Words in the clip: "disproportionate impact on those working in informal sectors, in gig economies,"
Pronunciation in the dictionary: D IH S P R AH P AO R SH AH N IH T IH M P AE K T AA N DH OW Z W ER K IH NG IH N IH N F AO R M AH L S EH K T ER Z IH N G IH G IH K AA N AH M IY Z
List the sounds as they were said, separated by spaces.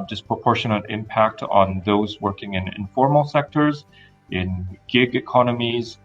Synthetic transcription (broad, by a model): D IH S P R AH P AO R SH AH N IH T IH M P AE K T N DH OW Z W ER K IH NG IH N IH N F AO R M L S EH K T ER Z IH N G IH G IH K AA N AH M IY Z